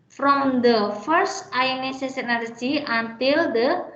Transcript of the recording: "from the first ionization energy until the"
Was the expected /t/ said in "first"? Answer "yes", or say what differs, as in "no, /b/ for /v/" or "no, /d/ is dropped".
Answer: yes